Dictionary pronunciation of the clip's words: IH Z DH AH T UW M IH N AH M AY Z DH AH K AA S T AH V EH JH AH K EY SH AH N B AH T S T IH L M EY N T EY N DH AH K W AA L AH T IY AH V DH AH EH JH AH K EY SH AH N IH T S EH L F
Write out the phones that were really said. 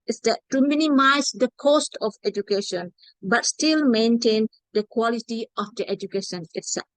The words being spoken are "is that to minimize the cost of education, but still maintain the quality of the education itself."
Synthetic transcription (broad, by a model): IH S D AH T UW M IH N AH M AY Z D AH K AA S T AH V EH JH AH K EY SH AH N B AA T S T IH L M EY N T EY N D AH K W AA L AH T IY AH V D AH EH JH AH K EY SH AH N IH T S EH L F